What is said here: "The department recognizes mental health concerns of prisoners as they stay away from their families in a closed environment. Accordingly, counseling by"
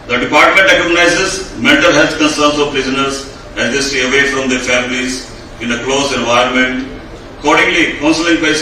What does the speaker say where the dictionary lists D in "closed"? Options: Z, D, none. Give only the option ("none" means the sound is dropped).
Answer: none